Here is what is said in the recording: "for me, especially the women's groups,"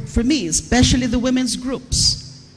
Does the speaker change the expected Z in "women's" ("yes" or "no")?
no